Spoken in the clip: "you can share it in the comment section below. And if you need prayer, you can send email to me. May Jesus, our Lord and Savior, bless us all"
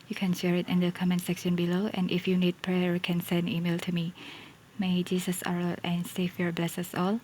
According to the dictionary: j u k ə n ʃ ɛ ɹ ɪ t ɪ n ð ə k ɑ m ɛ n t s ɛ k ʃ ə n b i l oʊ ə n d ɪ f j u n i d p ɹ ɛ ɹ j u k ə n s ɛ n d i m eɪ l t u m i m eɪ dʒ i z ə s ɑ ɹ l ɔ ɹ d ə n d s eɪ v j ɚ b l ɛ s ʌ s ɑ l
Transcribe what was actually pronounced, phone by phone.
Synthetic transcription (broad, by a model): j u k ə n ʃ ɛ ɹ ɪ t ɪ n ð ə k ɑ m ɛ n s ɛ k ʃ ə n b i l oʊ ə n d ɪ f j u n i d p ɹ ɛ ɹ k ə n s ɛ n d i m eɪ l t u m i m eɪ dʒ i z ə s ɑ ɹ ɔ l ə n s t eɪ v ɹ b l ɛ s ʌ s ɑ l